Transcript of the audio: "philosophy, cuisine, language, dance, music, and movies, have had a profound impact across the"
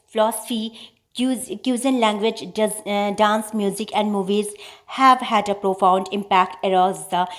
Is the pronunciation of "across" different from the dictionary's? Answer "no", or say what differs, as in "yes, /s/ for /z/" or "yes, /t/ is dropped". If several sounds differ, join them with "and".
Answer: yes, /k/ is dropped